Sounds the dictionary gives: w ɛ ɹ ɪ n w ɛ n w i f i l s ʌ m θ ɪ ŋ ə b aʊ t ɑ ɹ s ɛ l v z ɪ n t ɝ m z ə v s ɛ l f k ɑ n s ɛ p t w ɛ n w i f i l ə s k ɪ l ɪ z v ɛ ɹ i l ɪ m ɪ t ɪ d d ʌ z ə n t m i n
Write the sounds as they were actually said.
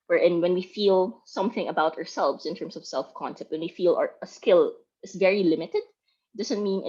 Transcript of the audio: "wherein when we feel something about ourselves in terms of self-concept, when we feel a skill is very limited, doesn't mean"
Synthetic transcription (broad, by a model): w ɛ ɹ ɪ n w ɛ n w i f i l s ʌ m θ ɪ ŋ ə b aʊ t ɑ ɹ s ɛ l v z ɪ n t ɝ m s ə v s ɛ l f k ɑ n s ɛ p t w ɛ n w i f i l ə s k ɪ l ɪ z v ɛ ɹ i l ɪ m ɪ t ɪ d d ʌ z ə n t m i n